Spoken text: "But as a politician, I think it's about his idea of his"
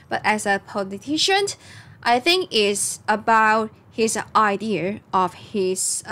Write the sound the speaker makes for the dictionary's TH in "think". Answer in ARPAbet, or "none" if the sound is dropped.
TH